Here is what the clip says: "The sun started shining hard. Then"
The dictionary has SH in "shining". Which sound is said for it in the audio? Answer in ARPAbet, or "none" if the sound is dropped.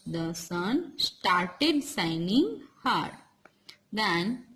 S